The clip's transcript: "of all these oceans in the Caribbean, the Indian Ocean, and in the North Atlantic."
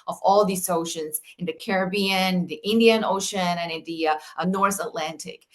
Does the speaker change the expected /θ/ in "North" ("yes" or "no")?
no